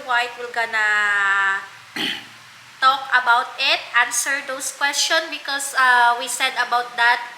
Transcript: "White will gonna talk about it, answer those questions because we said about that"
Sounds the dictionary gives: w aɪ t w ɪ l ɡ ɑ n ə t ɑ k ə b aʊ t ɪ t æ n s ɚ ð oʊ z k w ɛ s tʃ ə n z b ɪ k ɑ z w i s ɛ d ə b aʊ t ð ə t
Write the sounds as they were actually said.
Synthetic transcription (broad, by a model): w aɪ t w ɪ l ɡ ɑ n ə t ɑ k ə b aʊ t ɪ t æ n s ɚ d oʊ s k w ɛ s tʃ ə n b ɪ k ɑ s w i s ɛ d ə b aʊ t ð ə t